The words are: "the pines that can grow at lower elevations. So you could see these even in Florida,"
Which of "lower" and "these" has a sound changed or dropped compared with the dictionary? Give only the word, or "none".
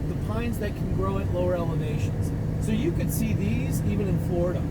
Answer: none